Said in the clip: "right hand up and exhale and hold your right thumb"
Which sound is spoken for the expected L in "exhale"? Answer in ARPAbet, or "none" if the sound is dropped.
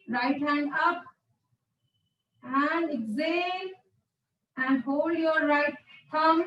N